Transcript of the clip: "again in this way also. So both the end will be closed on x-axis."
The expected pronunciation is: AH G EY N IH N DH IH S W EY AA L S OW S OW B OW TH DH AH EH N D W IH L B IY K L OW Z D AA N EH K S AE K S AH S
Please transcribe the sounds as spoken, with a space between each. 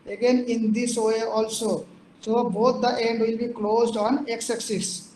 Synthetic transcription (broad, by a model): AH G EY N IH N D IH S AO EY AA L S OW S OW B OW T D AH EH N D W IH L B IY K L OW Z D AA N EH K S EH K S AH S